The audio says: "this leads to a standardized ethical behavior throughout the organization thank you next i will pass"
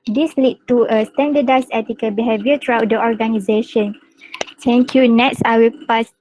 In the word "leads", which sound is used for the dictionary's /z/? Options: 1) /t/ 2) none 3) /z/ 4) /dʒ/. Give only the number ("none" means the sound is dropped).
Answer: 2